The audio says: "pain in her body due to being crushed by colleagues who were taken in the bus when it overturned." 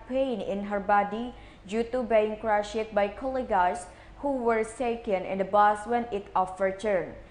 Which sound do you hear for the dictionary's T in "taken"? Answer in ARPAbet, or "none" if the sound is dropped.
S